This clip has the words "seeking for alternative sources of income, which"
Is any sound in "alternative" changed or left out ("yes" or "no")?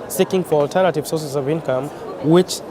no